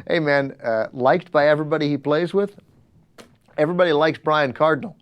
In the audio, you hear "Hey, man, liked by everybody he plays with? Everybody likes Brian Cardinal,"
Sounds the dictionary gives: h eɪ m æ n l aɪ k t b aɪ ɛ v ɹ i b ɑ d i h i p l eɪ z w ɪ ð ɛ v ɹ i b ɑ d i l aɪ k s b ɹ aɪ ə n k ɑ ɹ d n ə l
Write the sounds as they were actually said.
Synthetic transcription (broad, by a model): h eɪ m æ n l aɪ k t b aɪ ɛ v ɹ i b ɑ d i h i p l eɪ z w ɪ ð ɛ v ɹ i b ɑ d i l aɪ k s b ɹ aɪ ə n k ɑ ɹ d n l